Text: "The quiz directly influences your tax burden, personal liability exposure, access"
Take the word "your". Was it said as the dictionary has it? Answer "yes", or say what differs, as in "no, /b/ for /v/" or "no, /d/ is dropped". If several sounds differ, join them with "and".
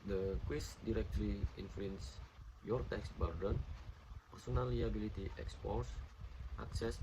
yes